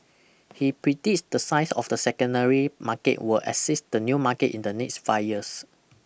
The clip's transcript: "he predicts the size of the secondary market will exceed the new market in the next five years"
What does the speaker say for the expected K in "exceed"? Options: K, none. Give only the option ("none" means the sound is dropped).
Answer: none